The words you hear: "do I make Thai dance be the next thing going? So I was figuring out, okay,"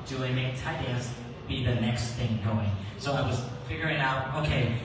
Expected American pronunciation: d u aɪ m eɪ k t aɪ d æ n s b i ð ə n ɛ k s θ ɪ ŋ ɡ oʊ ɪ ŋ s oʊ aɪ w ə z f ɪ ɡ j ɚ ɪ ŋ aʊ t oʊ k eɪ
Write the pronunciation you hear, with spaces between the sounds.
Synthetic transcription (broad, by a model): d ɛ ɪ m eɪ k t aɪ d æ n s b i ð ə n ɛ k s θ ɪ ŋ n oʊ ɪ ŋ s oʊ aɪ w ə z f ɪ ɡ j ɚ ɪ ŋ aʊ t oʊ k eɪ